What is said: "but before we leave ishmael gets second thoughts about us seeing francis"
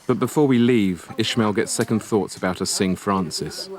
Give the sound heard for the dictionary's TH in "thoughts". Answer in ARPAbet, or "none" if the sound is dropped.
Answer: TH